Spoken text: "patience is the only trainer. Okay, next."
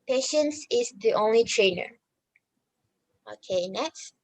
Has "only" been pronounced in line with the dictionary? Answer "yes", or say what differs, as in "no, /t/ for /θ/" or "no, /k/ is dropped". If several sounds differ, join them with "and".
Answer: yes